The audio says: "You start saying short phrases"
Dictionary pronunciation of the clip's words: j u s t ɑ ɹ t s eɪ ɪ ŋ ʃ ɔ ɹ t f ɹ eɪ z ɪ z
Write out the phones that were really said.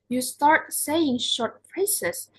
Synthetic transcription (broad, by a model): j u s t ɑ ɹ t s eɪ ɪ ŋ ʃ ɔ ɹ t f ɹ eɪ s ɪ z